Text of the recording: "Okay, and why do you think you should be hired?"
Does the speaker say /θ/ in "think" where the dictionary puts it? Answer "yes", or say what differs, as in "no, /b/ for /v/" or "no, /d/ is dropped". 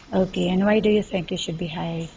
yes